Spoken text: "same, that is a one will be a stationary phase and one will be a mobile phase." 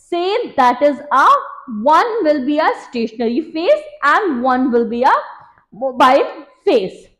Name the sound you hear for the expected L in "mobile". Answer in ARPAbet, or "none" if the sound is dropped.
N